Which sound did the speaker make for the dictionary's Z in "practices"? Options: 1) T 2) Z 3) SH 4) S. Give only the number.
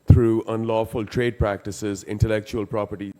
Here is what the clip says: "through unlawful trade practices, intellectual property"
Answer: 2